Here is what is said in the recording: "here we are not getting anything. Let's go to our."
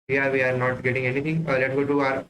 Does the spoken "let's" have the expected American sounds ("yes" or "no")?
no